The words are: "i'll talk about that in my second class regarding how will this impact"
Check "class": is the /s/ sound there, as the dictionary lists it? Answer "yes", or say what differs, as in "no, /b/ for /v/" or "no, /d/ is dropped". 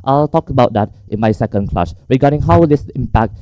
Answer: no, /ʃ/ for /s/